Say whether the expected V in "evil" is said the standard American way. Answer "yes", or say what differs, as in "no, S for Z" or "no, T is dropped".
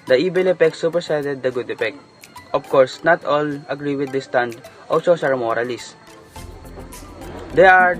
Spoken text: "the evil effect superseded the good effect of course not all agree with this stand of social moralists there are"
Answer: no, B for V